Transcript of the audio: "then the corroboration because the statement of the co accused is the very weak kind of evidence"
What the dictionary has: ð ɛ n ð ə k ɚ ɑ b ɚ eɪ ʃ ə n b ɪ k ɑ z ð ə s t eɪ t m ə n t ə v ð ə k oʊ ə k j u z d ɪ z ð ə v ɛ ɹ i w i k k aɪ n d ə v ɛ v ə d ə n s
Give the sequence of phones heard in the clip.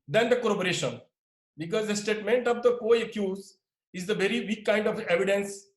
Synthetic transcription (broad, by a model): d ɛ n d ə k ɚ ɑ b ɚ eɪ ʃ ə n b ɪ k ɑ z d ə s t eɪ t m ə n t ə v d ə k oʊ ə k j u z ɪ z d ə v ɛ ɹ i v i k k aɪ n d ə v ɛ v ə d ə n s